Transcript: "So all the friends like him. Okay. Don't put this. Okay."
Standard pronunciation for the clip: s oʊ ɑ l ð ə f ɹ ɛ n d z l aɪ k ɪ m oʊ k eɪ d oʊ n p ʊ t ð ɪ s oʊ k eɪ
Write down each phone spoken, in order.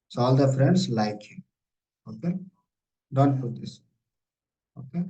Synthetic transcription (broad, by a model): s oʊ ɑ l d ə f ɹ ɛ n d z l aɪ k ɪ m oʊ k eɪ d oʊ n f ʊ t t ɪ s oʊ k eɪ